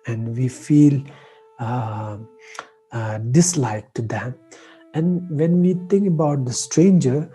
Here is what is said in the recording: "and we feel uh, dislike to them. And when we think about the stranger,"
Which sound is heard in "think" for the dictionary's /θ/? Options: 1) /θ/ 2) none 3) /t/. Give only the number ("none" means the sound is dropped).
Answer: 3